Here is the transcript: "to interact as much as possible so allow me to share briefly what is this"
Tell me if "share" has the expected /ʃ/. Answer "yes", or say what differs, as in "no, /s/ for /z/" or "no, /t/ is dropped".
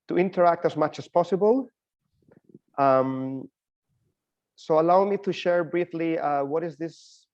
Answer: yes